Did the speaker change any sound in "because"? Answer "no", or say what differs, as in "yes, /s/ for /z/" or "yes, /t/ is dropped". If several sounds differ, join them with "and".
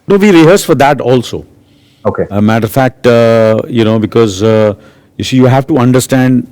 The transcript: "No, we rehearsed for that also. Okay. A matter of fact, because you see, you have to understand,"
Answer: no